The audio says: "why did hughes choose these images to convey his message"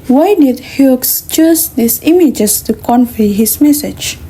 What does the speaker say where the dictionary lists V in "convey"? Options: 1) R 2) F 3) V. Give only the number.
2